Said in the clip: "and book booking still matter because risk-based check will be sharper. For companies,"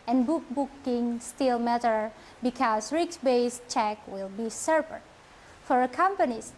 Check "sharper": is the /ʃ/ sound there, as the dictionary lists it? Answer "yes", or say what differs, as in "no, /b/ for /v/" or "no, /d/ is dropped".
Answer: no, /s/ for /ʃ/